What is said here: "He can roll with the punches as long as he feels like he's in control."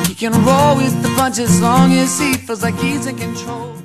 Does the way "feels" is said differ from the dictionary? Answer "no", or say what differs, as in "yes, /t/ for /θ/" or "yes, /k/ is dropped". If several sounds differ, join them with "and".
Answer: yes, /l/ is dropped